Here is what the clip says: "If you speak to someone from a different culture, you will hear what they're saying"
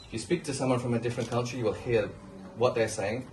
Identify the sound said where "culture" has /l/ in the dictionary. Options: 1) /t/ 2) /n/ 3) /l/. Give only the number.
2